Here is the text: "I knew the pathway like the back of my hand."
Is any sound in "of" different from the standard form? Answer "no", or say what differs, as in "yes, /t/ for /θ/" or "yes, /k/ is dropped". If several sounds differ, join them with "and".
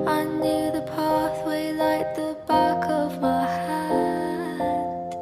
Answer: no